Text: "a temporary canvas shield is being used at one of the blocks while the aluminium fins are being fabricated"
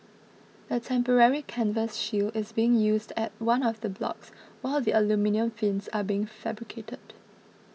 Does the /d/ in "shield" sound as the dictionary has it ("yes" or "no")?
no